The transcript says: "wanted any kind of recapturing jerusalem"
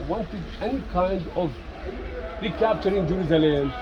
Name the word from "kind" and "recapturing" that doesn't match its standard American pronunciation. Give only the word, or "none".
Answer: none